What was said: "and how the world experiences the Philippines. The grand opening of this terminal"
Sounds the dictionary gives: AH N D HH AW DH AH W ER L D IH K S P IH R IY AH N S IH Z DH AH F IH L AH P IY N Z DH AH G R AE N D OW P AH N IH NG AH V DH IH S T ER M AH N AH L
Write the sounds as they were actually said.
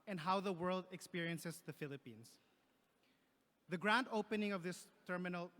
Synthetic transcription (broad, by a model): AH N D HH AW DH AH W ER L D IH K S P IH R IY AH N S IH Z DH AH F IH L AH P IY N S DH AH G R AE N D OW P AH N IH NG AH V DH IH S T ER M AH N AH L